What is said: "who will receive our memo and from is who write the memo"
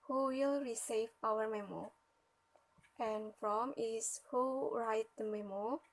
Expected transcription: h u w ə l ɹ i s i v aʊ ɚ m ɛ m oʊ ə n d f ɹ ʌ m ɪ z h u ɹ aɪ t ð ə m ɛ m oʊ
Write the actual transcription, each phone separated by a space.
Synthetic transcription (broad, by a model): h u w ə l ɹ i s i v aʊ ɚ m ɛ m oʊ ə n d f ɹ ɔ m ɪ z h u ɹ aɪ t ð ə m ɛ m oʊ